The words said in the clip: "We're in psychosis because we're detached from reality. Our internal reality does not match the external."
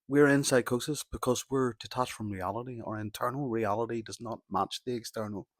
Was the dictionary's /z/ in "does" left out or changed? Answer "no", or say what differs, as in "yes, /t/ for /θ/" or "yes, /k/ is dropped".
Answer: no